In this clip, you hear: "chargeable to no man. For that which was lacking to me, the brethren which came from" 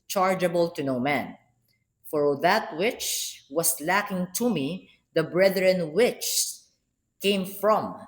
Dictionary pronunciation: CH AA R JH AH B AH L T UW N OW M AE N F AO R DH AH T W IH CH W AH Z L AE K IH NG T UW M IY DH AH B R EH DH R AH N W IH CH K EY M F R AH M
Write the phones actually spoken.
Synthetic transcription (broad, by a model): CH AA R JH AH B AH L T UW N OW M AE N F AO R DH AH T W IH CH W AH S L AE K IH NG T UW M IY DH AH B R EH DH R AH N W IH CH K EY M F R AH M